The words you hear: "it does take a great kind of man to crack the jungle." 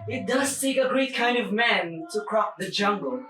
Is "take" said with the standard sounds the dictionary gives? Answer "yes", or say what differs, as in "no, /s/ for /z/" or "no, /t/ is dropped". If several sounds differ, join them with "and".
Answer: no, /s/ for /t/